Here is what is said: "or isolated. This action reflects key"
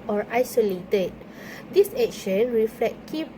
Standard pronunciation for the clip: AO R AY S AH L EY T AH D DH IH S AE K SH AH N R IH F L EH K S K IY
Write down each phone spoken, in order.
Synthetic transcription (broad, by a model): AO R AY S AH L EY T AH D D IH S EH K SH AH N R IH F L EH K K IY